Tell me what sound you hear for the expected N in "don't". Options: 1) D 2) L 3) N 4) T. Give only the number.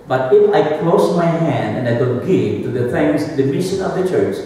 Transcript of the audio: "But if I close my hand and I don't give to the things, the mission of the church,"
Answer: 2